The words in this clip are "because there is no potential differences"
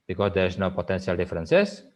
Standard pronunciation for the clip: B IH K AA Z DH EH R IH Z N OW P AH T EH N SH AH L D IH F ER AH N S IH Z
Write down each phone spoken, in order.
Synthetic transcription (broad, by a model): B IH K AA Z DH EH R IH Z N OW P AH T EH N S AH L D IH F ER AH N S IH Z